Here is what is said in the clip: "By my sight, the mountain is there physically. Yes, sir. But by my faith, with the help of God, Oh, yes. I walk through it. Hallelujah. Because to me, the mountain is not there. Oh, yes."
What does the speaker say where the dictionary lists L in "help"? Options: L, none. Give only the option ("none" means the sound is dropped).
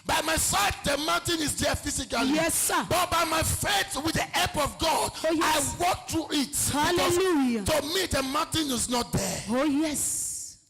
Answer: none